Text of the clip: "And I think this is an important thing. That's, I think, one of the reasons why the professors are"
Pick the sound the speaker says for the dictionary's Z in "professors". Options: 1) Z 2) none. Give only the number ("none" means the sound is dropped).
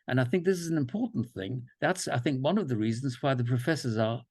1